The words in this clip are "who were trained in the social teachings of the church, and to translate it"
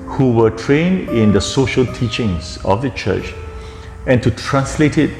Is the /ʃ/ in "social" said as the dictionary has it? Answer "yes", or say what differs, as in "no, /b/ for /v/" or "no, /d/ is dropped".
yes